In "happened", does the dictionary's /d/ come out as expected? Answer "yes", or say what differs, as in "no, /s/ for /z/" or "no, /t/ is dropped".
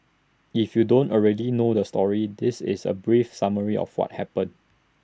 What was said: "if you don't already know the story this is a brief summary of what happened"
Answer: no, /d/ is dropped